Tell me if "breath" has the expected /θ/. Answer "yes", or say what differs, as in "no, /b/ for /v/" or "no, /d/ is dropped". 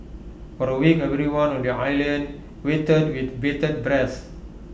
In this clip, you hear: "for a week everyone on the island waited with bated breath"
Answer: no, /s/ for /θ/